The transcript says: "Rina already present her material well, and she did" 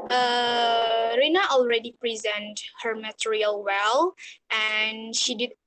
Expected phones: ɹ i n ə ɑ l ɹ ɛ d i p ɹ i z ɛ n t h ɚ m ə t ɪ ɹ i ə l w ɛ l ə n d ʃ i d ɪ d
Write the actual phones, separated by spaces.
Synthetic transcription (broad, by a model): ɹ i n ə ɑ l ɹ ɛ d i p ɹ i z ɛ n t h ɚ m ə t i ɹ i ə l w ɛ l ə n ʃ i d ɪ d